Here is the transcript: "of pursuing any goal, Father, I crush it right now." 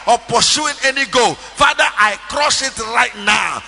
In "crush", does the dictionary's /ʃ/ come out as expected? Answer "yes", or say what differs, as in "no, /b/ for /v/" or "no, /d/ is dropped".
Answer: no, /s/ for /ʃ/